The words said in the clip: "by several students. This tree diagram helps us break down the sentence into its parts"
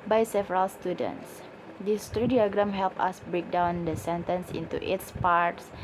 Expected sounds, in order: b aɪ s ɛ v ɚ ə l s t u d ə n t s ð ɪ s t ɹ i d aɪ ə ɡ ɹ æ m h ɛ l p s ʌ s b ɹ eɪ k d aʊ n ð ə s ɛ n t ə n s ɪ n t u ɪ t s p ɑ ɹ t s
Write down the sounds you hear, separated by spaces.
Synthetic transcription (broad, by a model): b aɪ s ɛ v ɚ ə l s t u d ə n t s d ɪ s t ɹ i d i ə ɡ ɹ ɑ m h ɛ l p ʌ s b ɹ eɪ k d aʊ n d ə s ɛ n t ə n s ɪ n t u ɪ t s p ɑ ɹ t s